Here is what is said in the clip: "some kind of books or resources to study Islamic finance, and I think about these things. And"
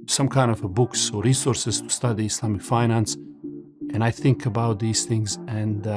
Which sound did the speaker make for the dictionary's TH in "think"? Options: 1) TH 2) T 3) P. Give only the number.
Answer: 1